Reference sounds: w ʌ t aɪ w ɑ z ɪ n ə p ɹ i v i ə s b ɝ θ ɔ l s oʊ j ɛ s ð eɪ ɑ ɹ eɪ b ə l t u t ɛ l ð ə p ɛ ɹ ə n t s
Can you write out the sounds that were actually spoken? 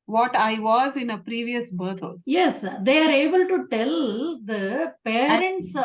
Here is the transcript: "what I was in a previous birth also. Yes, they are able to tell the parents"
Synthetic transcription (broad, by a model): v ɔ t aɪ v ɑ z ɪ n ə p ɹ i v i ə s b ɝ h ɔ s j ɛ s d eɪ ɑ ɹ eɪ b ə l t u t ɛ l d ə p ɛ ɹ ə n t s